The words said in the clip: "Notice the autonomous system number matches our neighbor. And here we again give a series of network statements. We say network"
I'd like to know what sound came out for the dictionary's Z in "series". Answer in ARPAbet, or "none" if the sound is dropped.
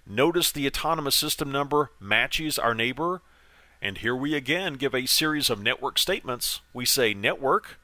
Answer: Z